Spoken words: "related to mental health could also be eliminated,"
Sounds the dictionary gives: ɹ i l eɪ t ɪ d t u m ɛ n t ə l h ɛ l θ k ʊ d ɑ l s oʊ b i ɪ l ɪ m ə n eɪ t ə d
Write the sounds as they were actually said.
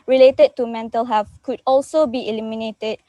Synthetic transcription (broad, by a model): ɹ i l eɪ t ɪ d t u m ɛ n t ə l h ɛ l f k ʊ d ɑ l s oʊ b i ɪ l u m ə n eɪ t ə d